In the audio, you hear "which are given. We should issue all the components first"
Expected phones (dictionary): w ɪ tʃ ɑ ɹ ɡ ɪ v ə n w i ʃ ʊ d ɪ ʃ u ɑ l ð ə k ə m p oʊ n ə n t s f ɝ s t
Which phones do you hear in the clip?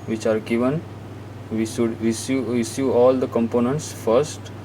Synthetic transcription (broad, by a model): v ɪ tʃ ɑ ɹ ɡ ɪ v ə n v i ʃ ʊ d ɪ s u ɑ l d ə k ə m p oʊ n ə n t s f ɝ s t